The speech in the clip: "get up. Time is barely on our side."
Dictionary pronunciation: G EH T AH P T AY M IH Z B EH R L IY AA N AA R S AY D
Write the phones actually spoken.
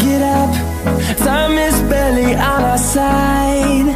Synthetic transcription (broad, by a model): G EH T AH P S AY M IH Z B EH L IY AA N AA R S AY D